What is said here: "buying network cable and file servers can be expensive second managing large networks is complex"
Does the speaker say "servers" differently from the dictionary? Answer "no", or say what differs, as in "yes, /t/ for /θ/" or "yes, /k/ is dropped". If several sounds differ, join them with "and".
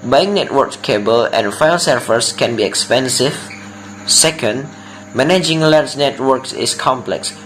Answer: yes, /f/ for /v/ and /s/ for /z/